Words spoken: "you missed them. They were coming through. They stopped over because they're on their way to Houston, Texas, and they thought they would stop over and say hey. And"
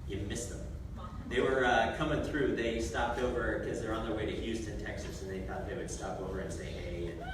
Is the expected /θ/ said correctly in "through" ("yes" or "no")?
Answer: yes